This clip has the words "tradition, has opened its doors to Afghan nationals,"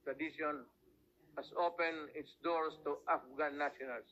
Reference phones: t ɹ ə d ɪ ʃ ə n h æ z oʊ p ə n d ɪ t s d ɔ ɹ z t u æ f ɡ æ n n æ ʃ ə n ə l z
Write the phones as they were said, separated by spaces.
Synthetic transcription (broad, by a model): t ɹ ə d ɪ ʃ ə n h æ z oʊ p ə n ɪ t s d ɔ ɹ s t u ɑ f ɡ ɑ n n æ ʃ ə n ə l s